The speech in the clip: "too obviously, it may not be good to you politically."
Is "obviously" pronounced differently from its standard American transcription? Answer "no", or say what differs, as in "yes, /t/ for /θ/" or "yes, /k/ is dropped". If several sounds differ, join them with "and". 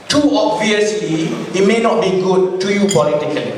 no